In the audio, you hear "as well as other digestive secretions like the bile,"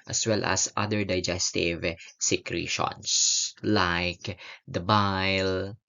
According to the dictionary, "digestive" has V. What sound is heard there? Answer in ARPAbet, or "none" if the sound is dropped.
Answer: V